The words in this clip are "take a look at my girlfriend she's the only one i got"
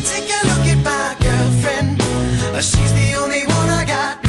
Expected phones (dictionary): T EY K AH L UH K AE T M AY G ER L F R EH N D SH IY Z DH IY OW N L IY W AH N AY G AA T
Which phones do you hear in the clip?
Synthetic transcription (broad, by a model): T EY K AH L UH K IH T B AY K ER F R EH N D SH IY Z DH IY OW N L IY W AH N AY G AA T